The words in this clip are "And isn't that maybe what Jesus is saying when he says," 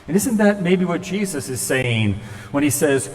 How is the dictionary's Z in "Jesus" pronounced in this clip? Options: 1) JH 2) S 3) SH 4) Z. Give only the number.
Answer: 4